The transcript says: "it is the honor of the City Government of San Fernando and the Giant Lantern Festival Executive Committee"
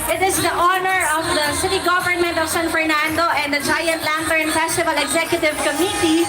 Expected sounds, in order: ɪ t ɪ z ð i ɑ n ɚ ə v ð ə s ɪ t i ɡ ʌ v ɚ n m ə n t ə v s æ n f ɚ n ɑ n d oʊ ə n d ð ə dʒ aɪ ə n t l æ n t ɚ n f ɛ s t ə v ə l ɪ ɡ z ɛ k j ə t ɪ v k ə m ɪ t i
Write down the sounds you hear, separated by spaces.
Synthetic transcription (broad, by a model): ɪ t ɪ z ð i ɑ n ɚ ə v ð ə s ɪ t i ɡ ʌ v ɚ n m ə n t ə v s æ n f ɚ n ɑ n d oʊ ə n d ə dʒ aɪ ə n t l æ n t ɚ n f ɛ s t ə v ə l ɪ ɡ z ɛ k j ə t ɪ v k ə m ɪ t i